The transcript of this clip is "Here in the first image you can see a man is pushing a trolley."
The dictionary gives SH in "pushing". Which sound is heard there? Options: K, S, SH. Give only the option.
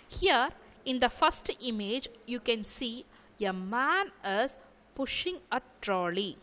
SH